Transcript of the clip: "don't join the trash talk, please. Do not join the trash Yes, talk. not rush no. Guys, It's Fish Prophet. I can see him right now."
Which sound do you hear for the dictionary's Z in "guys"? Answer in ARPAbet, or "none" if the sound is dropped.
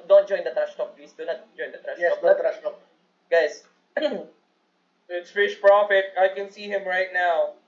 S